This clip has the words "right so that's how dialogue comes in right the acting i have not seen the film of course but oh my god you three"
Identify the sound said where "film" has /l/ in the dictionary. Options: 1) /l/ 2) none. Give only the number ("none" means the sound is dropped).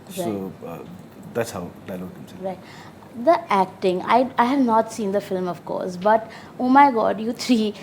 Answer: 1